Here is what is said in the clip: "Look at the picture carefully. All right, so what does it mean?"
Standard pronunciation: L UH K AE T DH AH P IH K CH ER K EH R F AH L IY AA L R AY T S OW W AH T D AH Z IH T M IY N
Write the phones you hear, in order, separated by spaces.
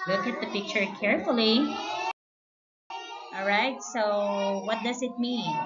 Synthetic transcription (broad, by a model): L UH K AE T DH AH P IH K CH ER K EH R F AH L IY AA L R AY T S OW W AH T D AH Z IH T M IY N